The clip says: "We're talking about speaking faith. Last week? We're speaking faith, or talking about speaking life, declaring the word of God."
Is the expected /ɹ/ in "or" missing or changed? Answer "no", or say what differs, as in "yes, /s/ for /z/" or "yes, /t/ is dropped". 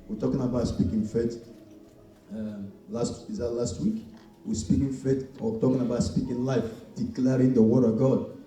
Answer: yes, /w/ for /ɹ/